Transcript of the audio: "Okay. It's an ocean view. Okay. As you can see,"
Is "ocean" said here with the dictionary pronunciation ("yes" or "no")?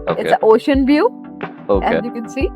yes